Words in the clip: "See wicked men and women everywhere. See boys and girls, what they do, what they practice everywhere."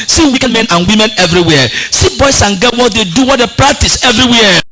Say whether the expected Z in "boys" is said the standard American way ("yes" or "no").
no